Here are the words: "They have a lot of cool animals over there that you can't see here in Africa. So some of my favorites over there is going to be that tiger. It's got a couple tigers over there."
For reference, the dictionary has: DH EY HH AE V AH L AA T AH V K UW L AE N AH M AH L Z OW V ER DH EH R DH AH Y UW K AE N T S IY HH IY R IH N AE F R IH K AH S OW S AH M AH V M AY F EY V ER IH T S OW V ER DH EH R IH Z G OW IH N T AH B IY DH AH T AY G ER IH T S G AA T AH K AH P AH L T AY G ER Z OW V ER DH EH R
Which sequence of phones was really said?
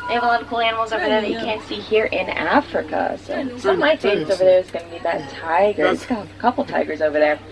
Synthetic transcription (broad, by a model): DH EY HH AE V AH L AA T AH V K UW L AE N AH M L Z OW V ER DH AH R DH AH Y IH K AE N T S IY HH IY R IH N AE F R IH K AH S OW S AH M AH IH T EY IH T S OW V ER DH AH R IH Z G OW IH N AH B IY DH AH T AY G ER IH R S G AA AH K AH P L T AY G ER Z OW V ER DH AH R